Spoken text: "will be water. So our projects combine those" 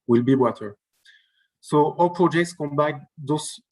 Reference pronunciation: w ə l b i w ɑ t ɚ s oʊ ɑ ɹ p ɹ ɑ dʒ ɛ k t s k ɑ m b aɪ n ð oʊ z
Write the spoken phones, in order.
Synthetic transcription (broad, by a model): w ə l b i w ɑ t ɚ s oʊ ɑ l p ɹ ɑ dʒ ɛ k t s k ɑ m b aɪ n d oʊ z